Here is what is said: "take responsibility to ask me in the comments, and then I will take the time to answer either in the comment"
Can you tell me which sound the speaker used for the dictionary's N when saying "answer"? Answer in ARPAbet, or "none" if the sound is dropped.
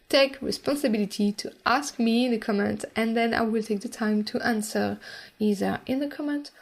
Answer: N